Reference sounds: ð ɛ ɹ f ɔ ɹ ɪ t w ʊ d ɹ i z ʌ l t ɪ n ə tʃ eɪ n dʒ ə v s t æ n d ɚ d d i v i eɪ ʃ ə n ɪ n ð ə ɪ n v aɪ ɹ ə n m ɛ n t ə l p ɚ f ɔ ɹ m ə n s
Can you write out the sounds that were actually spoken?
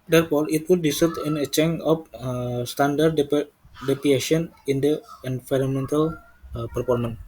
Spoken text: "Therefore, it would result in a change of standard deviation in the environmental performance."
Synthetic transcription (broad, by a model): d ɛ ɹ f ɔ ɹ ɪ t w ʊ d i s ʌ t ɪ n ə tʃ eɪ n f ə s t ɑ n d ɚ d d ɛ p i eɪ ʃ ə n ɪ n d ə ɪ n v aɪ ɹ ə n m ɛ n t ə l p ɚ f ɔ ɹ m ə n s